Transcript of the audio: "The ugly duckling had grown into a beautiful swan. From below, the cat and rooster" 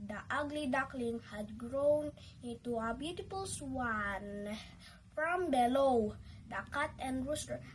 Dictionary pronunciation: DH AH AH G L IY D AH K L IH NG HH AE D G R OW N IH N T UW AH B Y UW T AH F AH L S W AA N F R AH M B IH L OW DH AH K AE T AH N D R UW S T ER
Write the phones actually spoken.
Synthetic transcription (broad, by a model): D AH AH G L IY D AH K L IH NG HH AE D G R OW N IH N T UW AH B Y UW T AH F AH L S W AA N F R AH M B IH L OW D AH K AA T AH N D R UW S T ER